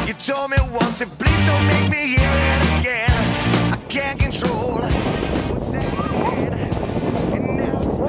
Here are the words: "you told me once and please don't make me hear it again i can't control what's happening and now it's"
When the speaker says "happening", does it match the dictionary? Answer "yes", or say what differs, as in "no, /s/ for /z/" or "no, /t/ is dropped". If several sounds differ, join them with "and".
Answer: no, /p/ is dropped and /n/ is dropped